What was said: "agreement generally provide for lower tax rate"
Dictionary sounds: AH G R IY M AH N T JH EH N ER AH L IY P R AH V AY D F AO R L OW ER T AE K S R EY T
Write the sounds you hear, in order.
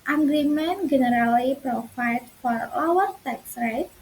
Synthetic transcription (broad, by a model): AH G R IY M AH N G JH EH N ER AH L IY P R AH F AY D F AO R L OW ER T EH K S R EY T